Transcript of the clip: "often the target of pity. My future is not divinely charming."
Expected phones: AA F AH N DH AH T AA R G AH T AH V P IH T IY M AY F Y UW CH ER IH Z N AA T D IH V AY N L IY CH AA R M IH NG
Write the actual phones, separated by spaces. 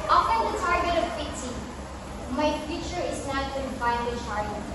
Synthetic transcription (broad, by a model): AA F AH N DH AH T AA R G AH T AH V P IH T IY M AY F Y UW CH ER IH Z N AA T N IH F AY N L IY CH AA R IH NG